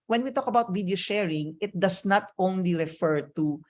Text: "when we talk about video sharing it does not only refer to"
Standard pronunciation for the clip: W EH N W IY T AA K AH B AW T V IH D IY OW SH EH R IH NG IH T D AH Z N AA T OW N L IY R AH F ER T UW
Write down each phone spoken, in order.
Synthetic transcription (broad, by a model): W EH N W IY T AA K AH B AW T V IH D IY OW SH EH R IH NG IH T D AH S N AA T OW N L IY R AH F ER T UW